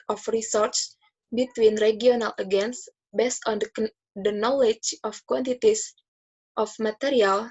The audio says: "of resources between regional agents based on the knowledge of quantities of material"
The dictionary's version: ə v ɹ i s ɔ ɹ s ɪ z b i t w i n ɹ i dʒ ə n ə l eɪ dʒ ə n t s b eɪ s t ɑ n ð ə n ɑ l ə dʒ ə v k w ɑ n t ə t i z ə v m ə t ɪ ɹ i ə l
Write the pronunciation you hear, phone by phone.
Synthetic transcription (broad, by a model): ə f ɹ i s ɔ ɹ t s b i t w i n ɹ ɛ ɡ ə n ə l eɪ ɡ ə n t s b eɪ s t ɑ n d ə n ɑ l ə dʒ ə f k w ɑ n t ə t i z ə f m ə t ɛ ɹ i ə l